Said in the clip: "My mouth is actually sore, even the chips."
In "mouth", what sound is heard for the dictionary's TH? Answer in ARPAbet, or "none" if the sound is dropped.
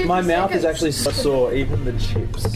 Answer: TH